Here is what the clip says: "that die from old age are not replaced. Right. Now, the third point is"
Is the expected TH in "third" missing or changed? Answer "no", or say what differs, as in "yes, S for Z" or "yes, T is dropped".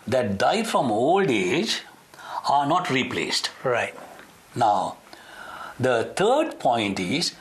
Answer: yes, T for TH